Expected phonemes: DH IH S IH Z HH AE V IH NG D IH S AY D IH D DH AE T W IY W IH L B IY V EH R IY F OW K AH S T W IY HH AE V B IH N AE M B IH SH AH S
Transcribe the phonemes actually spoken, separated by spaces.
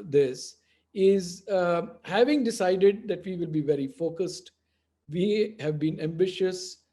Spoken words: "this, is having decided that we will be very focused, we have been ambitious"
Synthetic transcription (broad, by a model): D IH S IH Z HH AE V IH NG D IH S AY D IH D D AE T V IY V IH L B IY V EH R IY F OW K AH S T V IY HH AE V B IH N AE M B IH SH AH S